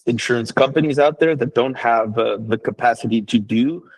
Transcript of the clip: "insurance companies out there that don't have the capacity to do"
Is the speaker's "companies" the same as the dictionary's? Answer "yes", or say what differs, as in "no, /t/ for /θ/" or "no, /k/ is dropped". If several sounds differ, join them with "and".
yes